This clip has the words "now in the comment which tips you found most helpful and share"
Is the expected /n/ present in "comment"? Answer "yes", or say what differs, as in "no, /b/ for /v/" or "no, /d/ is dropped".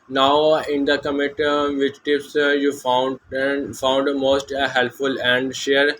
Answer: no, /n/ is dropped